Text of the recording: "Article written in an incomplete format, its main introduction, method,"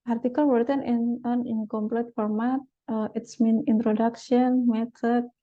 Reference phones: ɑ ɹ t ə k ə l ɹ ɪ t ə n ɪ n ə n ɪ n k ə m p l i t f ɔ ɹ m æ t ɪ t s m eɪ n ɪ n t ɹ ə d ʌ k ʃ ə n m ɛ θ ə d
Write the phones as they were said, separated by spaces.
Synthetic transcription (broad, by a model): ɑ ɹ t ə k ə l w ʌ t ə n ɪ n ə n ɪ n k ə m p l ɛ t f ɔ ɹ m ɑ t ɪ t s m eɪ n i n t ɹ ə d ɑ k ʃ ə n m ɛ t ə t